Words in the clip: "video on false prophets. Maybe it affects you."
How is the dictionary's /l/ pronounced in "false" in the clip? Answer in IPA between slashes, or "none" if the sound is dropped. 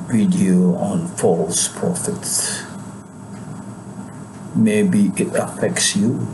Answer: /l/